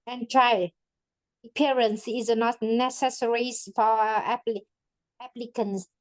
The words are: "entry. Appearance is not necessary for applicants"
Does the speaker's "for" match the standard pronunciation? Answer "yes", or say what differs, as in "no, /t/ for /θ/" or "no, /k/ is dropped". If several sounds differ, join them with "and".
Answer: no, /l/ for /ɹ/